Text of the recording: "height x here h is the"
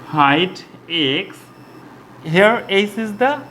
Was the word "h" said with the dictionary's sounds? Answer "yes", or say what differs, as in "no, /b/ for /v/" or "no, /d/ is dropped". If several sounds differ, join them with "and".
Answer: no, /s/ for /tʃ/